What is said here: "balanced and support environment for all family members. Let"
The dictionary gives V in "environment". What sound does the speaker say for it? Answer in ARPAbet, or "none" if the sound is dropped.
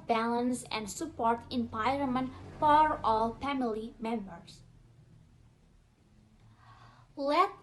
P